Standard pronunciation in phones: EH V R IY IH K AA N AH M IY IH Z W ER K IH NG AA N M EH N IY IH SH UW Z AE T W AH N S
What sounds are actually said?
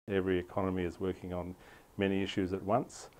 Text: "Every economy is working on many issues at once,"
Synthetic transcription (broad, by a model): EH V R IY IH K AA N AH M IY IH Z W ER K IH NG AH N M EH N IY IH SH UW Z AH T W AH N S